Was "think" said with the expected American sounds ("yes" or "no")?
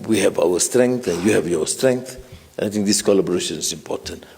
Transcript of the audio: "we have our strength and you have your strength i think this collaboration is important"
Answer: no